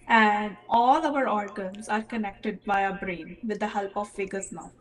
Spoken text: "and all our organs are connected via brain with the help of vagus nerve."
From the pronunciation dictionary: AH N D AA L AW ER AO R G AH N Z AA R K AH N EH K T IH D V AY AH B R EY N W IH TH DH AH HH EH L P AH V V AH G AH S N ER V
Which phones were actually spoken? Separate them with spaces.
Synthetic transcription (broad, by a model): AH N D AA L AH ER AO R G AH N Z AA R K AH N EH K T IH D B AY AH B R EY N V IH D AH HH EH L P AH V F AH G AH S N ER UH